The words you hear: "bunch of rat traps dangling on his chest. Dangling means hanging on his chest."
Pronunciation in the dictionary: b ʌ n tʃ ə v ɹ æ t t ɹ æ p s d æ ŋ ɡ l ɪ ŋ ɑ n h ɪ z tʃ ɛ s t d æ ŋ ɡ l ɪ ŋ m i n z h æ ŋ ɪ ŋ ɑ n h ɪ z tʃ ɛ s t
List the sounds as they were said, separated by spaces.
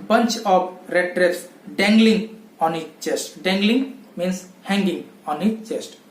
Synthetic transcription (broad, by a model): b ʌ n tʃ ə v ɹ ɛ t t ɹ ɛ s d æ ŋ ɡ l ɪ ŋ ɑ n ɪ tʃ tʃ ɛ s t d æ ŋ ɡ l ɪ ŋ m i n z h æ ŋ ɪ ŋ ɑ n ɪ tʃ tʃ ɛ s t